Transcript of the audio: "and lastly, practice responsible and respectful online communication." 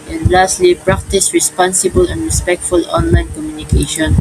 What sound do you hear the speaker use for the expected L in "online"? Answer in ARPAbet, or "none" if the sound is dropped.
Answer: L